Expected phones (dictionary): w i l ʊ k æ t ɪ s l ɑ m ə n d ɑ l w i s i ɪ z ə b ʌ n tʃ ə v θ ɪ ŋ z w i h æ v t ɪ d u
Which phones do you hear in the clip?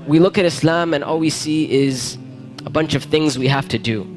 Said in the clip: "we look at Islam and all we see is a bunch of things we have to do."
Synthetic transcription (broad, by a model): w i l ʊ k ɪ t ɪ s l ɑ m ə n ɑ l w i s i ɪ z ə b ʌ n tʃ ə v θ ɪ ŋ z w i h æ f t ɪ d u